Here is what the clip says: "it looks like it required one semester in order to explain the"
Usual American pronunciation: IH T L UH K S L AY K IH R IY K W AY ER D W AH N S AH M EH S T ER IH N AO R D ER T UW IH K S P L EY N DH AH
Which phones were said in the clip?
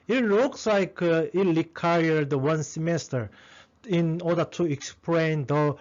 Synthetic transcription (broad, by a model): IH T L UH K S L AY K IH L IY K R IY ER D W AH N S AH M EH S T ER IH N AO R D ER T UW IH K S P L EY N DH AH